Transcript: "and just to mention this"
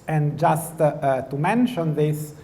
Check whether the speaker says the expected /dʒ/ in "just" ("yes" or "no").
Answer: yes